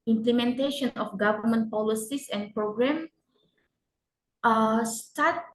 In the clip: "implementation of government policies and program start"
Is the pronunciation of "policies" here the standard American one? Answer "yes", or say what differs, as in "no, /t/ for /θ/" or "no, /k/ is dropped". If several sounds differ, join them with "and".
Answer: no, /s/ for /z/